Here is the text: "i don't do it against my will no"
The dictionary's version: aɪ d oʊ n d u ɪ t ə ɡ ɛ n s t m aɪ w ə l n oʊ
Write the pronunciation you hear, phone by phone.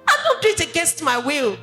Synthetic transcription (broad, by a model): aɪ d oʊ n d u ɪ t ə ɡ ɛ s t m aɪ w ə l